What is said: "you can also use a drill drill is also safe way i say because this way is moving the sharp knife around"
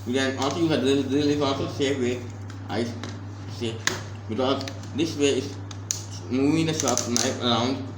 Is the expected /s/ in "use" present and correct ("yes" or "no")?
no